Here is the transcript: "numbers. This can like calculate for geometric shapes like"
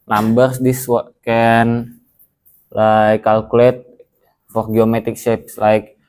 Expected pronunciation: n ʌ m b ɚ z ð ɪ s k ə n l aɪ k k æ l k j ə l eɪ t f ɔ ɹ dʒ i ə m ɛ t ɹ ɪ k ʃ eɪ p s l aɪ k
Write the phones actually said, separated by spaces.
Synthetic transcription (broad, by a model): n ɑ m b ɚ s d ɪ s k ə n l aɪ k k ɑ l k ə l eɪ t f ɔ ɹ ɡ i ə m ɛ t ɪ k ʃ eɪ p s l aɪ k